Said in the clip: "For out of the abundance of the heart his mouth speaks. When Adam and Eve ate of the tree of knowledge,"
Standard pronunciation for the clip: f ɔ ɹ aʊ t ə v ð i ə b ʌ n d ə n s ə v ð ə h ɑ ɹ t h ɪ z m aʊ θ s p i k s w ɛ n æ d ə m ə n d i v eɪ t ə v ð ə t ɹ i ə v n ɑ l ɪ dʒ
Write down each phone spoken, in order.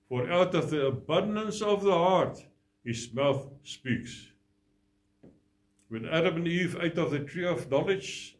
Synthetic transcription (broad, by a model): f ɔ ɹ aʊ t ə v ð i ə b ʌ n d ə n s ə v ð ə h ɑ ɹ t h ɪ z m aʊ θ s p i k s w ɛ n æ d ə m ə n i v eɪ t ə v ð ə t ɹ i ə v n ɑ l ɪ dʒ